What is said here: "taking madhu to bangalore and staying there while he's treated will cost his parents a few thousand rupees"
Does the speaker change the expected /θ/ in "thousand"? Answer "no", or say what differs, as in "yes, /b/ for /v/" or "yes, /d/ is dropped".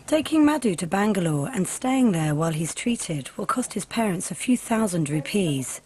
no